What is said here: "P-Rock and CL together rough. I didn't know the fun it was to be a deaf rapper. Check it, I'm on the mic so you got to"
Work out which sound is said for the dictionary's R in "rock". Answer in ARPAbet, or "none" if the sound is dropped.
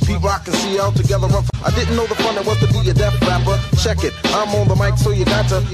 L